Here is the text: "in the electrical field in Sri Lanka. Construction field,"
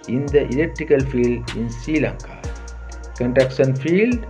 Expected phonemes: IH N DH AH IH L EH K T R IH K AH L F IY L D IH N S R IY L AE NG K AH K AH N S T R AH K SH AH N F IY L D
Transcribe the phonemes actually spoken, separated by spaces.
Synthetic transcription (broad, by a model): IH N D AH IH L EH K T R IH K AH L F IY L D IH N S R IY L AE NG K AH K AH N T R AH K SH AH N F IY L D